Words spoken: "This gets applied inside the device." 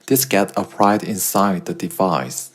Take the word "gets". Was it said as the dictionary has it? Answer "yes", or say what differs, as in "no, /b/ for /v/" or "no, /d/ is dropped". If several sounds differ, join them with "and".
no, /s/ is dropped